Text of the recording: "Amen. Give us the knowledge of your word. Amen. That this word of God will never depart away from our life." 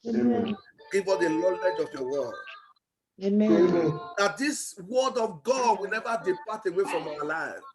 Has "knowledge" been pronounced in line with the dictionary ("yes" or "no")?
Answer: no